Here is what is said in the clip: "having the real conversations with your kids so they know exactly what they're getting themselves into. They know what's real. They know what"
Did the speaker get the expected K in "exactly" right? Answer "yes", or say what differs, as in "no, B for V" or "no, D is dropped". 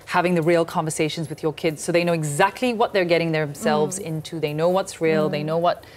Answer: yes